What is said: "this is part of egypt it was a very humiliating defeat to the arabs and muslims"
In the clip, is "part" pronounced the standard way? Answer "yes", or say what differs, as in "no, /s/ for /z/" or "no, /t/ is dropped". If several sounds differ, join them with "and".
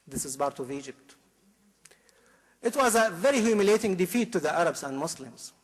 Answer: no, /b/ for /p/